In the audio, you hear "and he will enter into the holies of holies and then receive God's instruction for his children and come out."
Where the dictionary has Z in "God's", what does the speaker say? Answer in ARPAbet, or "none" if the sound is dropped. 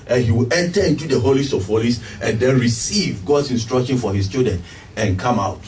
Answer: S